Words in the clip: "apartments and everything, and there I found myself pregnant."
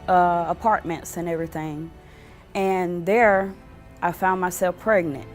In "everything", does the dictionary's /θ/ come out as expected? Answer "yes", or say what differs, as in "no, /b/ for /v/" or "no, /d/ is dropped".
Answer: yes